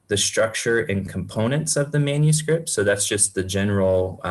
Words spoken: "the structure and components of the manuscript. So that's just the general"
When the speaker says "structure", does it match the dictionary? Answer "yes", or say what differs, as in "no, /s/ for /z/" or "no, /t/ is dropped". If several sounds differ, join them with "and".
yes